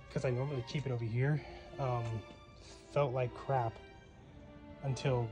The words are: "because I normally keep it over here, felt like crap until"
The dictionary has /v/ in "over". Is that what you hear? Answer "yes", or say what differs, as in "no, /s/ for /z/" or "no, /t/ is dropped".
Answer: yes